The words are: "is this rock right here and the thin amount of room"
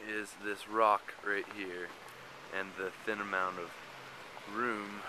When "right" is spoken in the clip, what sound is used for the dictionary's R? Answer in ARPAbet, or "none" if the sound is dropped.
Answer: R